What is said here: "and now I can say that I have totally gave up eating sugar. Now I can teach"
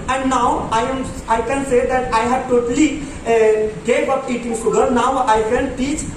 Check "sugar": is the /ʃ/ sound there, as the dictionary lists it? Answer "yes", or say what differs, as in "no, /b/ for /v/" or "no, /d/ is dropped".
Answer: no, /s/ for /ʃ/